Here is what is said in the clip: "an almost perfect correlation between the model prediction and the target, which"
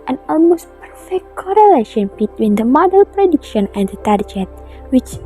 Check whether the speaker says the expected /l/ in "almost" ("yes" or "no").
yes